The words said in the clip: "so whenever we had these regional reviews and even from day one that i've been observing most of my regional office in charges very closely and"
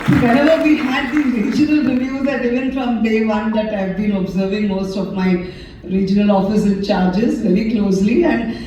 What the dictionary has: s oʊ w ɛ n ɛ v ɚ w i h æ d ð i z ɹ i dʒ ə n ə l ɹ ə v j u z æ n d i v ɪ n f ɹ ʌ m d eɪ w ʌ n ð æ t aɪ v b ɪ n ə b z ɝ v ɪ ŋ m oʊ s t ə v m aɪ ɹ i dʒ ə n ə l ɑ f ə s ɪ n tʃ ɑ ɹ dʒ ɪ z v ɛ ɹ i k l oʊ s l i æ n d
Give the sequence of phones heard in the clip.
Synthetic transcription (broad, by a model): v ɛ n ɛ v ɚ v i h æ d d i ɹ i dʒ ə n ə l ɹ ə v j u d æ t i v ɪ n f ɹ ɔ m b eɪ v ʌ n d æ t aɪ v b ɪ n ə b z ɝ v ɪ ŋ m oʊ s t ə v m aɪ ɹ i dʒ ə n ə l ɑ f ə s ɪ n tʃ ɑ ɹ dʒ ɪ z v ɛ ɹ i k l oʊ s l i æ n d